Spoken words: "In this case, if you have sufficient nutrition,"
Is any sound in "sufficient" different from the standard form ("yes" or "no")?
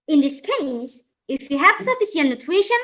yes